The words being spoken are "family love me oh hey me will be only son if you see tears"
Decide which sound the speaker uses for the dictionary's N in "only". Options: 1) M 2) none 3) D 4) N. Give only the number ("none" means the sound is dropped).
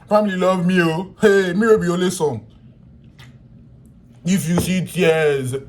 2